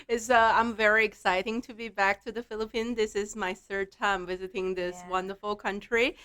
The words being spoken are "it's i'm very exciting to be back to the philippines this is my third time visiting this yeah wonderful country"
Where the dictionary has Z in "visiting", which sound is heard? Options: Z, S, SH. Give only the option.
Z